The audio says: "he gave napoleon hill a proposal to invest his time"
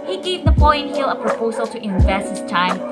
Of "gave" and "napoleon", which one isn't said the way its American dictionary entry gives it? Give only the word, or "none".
napoleon